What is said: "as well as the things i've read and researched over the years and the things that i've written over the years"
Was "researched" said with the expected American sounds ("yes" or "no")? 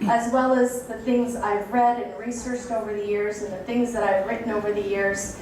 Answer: yes